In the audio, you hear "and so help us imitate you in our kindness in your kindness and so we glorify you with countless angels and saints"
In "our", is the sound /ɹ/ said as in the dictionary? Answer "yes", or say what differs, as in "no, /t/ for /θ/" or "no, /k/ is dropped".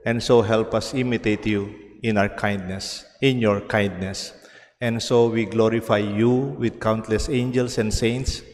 no, /w/ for /ɹ/